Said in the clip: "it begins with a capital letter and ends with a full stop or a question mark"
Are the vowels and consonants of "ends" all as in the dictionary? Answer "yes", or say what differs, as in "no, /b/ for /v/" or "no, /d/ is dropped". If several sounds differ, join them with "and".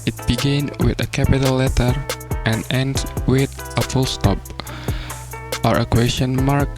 no, /z/ is dropped